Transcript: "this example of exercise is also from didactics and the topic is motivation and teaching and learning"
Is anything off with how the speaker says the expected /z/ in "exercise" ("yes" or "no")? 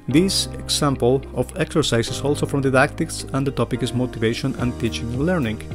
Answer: yes